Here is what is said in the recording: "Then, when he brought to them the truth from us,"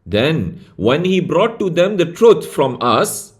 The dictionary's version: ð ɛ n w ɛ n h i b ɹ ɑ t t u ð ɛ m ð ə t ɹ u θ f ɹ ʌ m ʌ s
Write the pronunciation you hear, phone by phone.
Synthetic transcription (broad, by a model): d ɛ n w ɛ n h i b ɹ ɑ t t u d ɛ m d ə t ɹ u t f ɹ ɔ m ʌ s